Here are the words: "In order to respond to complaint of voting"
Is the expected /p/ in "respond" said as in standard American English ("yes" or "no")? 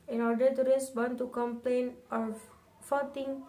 no